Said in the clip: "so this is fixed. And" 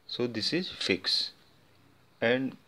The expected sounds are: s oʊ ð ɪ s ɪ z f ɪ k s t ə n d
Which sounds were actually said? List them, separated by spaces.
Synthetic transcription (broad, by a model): s oʊ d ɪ s ɪ z f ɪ k s ə n d